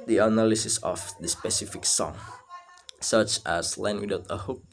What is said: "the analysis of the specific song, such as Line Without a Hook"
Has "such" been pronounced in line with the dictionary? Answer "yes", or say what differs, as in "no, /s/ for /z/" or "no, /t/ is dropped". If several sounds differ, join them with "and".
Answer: yes